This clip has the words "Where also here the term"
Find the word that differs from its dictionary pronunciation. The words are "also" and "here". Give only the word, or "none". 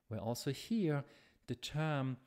none